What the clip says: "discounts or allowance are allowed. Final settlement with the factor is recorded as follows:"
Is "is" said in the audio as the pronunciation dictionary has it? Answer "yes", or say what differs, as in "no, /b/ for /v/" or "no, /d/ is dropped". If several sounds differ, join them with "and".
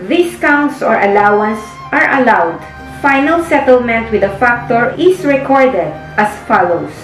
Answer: no, /s/ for /z/